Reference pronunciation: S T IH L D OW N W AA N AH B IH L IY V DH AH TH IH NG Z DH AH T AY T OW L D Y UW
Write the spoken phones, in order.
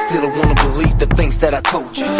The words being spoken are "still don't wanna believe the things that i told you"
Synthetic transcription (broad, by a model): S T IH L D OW W AA N AH B IH L IY V DH AH TH IH NG Z DH AH T AY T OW L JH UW